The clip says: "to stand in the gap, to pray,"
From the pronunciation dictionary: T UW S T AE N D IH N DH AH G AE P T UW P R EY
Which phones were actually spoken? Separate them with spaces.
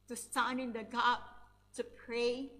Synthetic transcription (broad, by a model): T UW S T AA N IH N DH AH G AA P T UW P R EY